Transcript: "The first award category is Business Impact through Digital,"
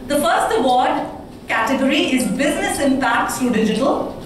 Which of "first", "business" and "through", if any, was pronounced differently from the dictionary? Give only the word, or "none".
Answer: through